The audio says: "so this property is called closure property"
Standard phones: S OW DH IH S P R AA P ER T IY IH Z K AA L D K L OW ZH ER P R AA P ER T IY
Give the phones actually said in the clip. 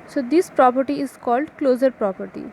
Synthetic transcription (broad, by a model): S OW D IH S P R AA P ER T IY IH Z K AA L D K L OW Z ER P R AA P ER T IY